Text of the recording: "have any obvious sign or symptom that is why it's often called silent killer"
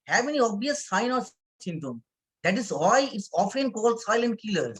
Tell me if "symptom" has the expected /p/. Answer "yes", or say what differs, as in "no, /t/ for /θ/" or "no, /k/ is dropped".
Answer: no, /p/ is dropped